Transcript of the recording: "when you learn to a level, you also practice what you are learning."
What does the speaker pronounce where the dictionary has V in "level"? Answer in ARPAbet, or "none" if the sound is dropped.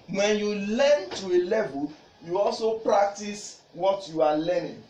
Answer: V